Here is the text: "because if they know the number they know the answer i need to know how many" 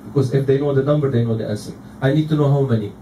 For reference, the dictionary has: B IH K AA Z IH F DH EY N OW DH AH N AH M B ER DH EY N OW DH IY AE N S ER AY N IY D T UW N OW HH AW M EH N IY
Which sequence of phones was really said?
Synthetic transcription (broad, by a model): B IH K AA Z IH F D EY N OW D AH N AH M B ER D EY N OW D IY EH S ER AY N IY D T UW N OW HH AW M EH N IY